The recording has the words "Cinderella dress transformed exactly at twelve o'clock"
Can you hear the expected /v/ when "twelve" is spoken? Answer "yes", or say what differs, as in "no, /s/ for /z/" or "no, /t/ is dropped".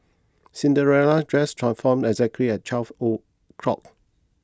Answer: no, /f/ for /v/